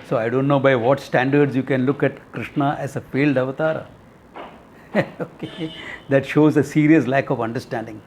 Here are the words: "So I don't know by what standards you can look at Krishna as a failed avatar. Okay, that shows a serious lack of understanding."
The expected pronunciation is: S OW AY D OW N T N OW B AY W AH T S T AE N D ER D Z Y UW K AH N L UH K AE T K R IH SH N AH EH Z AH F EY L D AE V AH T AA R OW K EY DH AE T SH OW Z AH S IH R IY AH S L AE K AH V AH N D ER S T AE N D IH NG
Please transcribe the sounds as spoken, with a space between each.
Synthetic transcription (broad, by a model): S OW AY D OW N T N OW B AY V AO T S T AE N D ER D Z Y UW K AH N L UH K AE T K R IH SH N AH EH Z AH F EY L D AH V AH T AA R OW K EY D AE T SH OW Z AH S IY R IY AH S L AE K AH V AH N D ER S T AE N D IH NG